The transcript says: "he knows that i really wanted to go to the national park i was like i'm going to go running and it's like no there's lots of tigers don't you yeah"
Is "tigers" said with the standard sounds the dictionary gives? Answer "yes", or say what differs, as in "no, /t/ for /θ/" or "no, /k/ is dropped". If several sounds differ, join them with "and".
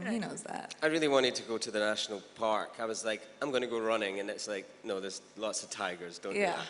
yes